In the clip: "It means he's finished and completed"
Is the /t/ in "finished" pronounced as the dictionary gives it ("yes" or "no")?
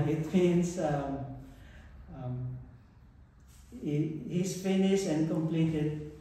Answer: no